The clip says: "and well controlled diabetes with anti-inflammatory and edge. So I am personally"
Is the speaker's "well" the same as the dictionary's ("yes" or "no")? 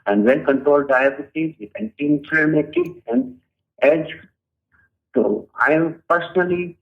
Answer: no